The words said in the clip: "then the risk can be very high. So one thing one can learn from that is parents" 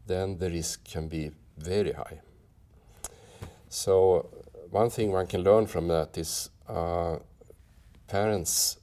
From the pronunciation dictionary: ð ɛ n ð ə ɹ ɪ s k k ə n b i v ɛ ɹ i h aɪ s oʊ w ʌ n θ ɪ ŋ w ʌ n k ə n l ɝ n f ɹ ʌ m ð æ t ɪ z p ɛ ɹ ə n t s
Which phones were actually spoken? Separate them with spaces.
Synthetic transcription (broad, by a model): ð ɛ n ð ə ɹ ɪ s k k ə n b i v ɛ ɹ i h aɪ s oʊ w ʌ n θ ɪ ŋ w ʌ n k ə n l ɝ n f ɹ ʌ m ð æ t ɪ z p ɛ ɹ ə n t s